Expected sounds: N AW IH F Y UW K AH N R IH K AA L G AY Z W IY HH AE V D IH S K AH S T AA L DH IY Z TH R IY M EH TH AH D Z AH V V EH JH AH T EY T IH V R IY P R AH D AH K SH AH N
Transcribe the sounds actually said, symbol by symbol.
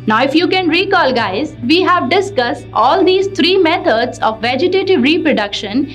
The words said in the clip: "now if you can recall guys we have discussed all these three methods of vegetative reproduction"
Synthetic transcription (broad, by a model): N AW IH F Y UW K AH N R IH K AA L G AY Z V IY HH AE V D IH S K AH S T AA L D IY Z T R IY M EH T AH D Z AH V V EH JH AH T EY T IH V R IY P R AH D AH K SH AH N